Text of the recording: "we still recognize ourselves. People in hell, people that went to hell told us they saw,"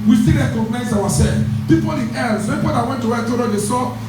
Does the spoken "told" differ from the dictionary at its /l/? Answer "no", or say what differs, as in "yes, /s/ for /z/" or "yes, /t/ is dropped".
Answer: yes, /l/ is dropped